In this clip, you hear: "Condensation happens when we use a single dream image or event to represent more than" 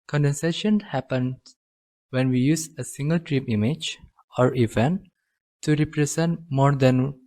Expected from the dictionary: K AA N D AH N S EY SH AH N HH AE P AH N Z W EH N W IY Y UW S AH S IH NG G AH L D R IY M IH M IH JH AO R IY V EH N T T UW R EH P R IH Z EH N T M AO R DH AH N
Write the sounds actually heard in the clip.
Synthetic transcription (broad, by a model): K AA N D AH N S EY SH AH N HH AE P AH N W EH N W IY Y UW S AH S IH NG G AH L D R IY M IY M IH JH AO R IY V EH N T T UW R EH P R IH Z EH N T M AO R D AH N